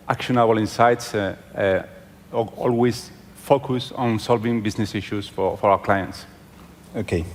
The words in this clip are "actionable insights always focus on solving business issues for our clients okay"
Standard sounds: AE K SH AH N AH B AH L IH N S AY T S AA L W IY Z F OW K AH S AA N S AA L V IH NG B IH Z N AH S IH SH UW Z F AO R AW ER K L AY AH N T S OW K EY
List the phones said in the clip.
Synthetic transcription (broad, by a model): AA K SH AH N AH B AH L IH N S AY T S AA L W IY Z F OW K AH S AA N S AA L V IH NG B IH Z N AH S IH SH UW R F AO R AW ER K L AY AH N T S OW K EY